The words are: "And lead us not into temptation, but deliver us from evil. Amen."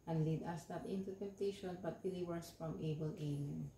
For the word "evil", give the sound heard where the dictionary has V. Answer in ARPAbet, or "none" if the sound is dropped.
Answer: B